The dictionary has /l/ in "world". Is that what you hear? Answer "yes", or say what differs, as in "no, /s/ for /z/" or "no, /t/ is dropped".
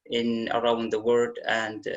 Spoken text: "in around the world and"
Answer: no, /l/ is dropped